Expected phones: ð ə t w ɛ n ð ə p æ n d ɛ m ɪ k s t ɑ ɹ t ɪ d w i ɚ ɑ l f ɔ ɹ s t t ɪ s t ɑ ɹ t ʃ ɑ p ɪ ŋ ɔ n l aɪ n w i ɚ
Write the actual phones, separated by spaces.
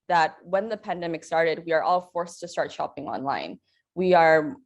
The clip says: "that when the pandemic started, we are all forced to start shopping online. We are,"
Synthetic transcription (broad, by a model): ð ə t w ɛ n ð ə p æ n d ɛ m ɪ k s t ɑ ɹ t ɪ d w i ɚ ɑ l f ɔ ɹ s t t ɪ s t ɑ ɹ t ʃ ɑ p ɪ ŋ ɔ n l aɪ n w i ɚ